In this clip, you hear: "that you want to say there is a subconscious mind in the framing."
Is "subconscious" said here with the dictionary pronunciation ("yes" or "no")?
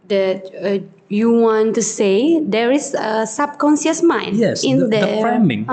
no